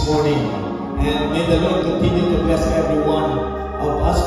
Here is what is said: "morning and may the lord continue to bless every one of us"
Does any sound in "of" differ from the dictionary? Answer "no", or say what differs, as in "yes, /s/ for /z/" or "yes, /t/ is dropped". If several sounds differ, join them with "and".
yes, /p/ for /v/